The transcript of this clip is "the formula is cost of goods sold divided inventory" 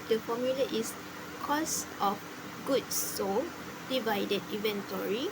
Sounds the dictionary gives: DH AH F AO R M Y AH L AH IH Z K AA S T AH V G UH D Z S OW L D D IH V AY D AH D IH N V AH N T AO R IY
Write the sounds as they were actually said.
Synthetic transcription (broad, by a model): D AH F AO M Y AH L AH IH S K AA S T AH F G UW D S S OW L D D IH V AY D AH D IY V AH N T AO R IY